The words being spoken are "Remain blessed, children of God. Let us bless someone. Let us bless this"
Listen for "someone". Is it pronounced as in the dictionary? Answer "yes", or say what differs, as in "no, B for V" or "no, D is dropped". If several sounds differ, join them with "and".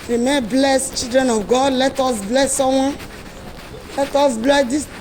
no, M is dropped